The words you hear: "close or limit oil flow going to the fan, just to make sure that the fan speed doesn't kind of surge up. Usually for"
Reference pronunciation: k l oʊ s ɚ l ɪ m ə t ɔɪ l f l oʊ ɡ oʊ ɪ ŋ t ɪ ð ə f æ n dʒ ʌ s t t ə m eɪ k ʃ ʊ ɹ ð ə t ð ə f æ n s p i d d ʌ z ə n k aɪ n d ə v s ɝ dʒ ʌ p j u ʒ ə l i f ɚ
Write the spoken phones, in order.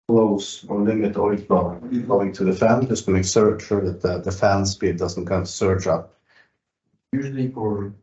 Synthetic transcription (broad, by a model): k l oʊ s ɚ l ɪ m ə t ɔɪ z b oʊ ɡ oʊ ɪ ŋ t ɪ ð ə f æ n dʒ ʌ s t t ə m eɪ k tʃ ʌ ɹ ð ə t ð ə f æ n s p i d d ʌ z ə n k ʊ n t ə s ɝ tʃ ʌ p j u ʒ l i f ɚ